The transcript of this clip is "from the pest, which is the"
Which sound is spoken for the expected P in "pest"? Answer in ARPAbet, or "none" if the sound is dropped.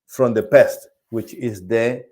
P